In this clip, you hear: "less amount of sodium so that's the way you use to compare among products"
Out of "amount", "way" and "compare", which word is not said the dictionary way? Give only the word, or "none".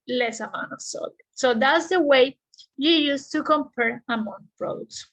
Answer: amount